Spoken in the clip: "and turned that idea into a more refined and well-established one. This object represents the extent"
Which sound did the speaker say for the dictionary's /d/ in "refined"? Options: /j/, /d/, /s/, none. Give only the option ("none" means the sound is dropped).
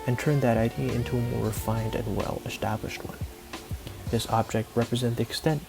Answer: /d/